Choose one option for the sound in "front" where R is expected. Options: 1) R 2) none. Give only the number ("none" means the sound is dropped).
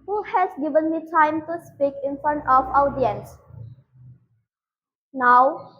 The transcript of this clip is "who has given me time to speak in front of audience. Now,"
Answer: 1